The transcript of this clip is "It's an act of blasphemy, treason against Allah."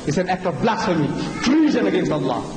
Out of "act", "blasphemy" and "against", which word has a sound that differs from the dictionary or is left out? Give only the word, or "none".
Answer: blasphemy